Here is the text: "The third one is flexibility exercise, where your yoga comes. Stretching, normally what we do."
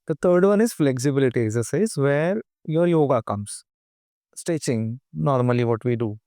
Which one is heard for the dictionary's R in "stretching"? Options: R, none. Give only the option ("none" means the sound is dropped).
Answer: none